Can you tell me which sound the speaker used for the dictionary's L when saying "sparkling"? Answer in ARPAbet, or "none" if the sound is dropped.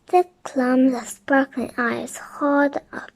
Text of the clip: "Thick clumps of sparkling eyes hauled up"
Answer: L